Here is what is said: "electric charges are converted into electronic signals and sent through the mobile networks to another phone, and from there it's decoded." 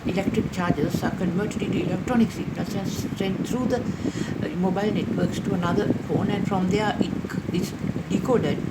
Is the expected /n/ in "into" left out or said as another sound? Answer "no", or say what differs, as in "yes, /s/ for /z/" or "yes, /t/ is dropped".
yes, /n/ is dropped